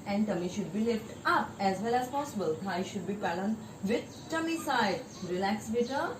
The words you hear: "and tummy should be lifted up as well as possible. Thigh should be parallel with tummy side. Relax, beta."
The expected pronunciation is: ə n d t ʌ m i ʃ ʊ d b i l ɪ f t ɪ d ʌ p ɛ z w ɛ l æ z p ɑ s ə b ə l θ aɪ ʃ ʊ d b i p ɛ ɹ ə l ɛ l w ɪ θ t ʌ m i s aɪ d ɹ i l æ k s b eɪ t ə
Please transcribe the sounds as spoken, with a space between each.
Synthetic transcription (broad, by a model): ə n d t ʌ m i ʃ ʊ d b i l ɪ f t ʌ p ɛ z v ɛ l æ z p ɑ s ə b ə l t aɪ ʃ ʊ d b i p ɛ l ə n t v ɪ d t ʌ m i s aɪ d ɹ i l æ k s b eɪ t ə